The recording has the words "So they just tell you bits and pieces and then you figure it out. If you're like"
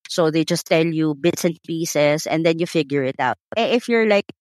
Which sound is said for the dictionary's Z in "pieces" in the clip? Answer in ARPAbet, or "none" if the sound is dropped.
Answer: S